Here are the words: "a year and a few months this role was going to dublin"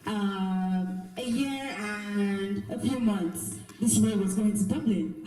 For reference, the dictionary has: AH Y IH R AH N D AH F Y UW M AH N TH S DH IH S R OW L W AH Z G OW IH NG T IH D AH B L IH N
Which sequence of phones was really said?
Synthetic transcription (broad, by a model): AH Y IH R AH N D AH F Y UW M AH N TH S DH IH S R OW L W AH Z G OW IH NG T IH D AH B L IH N